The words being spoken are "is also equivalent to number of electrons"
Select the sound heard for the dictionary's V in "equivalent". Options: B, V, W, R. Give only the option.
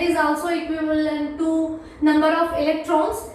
B